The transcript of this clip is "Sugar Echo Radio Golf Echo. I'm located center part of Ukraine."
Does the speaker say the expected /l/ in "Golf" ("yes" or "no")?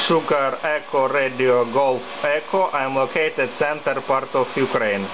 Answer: yes